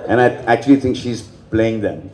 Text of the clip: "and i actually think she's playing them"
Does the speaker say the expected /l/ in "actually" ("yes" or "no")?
yes